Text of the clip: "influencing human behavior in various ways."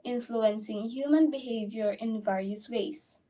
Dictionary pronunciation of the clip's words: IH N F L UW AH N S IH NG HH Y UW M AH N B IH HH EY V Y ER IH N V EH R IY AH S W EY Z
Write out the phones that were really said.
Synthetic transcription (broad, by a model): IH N F L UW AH N S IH NG HH Y UW M AH N B IH HH EY V Y ER IH N V EH R IY AH S W EY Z